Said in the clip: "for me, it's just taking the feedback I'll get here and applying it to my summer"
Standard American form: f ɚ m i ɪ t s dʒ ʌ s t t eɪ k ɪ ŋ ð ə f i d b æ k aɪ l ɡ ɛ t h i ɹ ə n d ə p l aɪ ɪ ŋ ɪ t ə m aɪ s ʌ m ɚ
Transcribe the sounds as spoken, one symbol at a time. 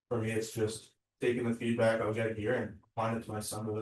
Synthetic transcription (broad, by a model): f ɚ m i ɪ t s dʒ ʌ s t t eɪ k ɪ ŋ ð ə f i d b æ k aɪ w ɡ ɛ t h i ɹ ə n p aɪ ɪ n ɪ t ə m aɪ s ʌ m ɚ